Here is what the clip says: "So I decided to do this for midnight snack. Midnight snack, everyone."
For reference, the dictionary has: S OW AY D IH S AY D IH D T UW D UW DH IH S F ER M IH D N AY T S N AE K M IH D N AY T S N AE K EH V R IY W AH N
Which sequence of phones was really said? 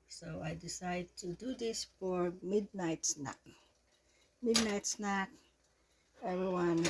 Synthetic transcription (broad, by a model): S OW AY D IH S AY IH D T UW D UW DH IH S F ER M IH D N AY T S N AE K M IH D N AY T S N AE K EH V R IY W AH N